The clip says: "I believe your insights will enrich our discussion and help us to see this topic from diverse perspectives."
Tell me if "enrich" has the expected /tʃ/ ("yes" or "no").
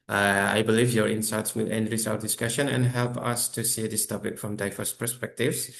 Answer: no